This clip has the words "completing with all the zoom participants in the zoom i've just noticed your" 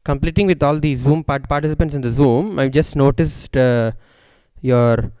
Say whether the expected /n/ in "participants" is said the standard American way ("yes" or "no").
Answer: yes